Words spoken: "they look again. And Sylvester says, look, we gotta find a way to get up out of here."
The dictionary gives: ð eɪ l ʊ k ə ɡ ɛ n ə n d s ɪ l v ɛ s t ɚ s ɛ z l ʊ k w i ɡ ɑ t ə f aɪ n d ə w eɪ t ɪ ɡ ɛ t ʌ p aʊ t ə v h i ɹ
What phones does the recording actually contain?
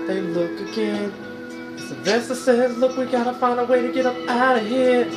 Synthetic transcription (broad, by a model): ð eɪ l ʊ k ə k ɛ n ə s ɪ v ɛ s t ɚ s ɛ z l ʊ k w i ɡ ɑ t ə f aɪ n d ə w eɪ t ɪ ɡ ɛ t ʌ p aʊ t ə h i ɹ